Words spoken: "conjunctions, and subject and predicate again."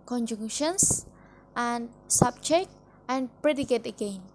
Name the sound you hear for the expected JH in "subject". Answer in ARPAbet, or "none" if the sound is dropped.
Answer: CH